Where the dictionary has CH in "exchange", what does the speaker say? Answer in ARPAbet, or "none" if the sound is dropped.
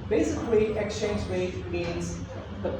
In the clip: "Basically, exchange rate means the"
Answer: CH